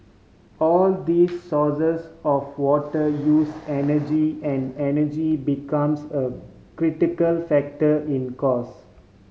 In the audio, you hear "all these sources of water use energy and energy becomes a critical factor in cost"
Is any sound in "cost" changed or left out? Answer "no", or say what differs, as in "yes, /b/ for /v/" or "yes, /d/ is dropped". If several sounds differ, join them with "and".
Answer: yes, /t/ is dropped